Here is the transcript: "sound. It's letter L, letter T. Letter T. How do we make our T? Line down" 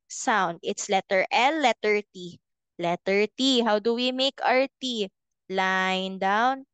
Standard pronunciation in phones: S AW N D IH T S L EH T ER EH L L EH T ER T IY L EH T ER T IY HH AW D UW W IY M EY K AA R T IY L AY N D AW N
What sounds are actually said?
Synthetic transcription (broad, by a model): S AW N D IH T S L EH T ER EH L L EH T ER T IY L EH T ER T IY HH AW D UW W IY M EY K AA R T IY L AY N D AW N